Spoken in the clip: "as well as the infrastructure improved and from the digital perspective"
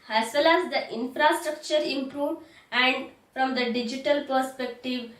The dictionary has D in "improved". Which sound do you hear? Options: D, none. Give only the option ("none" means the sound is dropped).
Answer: none